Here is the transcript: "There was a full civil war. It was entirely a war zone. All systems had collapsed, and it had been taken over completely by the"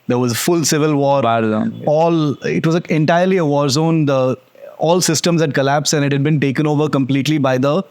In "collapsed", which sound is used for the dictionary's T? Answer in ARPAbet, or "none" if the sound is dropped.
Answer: none